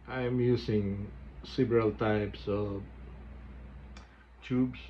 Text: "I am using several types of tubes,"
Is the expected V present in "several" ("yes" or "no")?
no